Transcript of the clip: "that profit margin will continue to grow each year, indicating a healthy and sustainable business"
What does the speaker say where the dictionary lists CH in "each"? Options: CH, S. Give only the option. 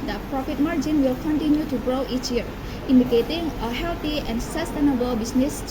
CH